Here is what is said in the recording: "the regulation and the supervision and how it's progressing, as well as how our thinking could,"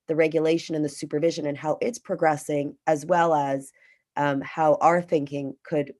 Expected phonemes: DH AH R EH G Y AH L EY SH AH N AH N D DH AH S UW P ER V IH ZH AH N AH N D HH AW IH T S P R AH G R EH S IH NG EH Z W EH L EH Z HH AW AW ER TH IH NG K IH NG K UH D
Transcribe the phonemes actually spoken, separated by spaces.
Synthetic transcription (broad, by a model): DH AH R EH G Y AH L EY SH AH N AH N DH AH S UW P ER V IH ZH AH N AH N HH AW IH T S P R AH G R EH S IH NG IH Z W EH L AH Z HH AW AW ER TH IH NG K IH NG K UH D